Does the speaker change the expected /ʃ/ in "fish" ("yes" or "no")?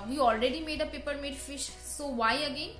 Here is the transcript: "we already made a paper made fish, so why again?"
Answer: no